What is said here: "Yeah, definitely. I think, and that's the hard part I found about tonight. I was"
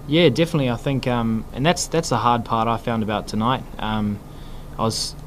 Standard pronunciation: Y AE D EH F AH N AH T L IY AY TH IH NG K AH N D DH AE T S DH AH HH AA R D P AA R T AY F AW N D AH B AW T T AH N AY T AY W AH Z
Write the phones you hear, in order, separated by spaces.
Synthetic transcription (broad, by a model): Y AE D EH F AH N AH T L IY AY TH IH NG K AH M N DH AE T S DH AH HH AA R D P AA R T AY F AW N D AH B AW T T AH N AY T AY W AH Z